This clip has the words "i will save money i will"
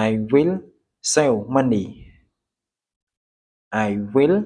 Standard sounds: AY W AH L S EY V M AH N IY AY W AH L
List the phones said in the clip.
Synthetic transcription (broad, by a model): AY W AH L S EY W M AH N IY AY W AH L